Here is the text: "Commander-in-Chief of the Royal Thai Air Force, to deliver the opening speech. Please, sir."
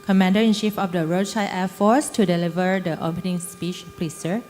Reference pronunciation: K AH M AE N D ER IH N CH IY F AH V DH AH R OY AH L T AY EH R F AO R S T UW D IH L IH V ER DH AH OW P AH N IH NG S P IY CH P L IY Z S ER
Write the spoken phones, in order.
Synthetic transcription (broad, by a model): K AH M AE N D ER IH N SH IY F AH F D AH R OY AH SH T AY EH F AO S T UW D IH L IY V ER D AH OW P AH N IH NG S P IY CH P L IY S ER